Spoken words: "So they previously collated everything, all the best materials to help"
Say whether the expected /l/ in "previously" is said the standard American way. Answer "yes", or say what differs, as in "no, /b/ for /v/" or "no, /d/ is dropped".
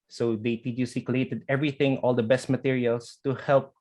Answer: no, /l/ is dropped